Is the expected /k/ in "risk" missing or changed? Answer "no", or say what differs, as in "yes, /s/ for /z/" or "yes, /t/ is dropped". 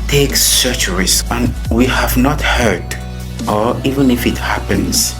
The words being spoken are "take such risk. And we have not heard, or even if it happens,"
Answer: yes, /k/ is dropped